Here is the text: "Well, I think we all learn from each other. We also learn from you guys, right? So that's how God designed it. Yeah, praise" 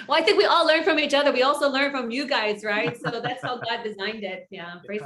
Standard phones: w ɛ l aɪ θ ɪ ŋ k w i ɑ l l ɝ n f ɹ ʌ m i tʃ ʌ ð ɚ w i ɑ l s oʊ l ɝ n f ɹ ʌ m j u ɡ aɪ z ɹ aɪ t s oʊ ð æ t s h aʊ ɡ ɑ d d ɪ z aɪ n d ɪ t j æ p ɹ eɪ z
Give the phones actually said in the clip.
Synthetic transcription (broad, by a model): w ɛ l aɪ θ ɪ ŋ k w i ɑ l l ɝ n f ɹ ʌ m i tʃ ʌ ð ɚ w i ɑ l s oʊ l ɝ n f ɹ ʌ m j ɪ ɡ aɪ z ɹ aɪ t s oʊ ð æ t s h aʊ ɡ ɑ d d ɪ z aɪ n d ɪ t j æ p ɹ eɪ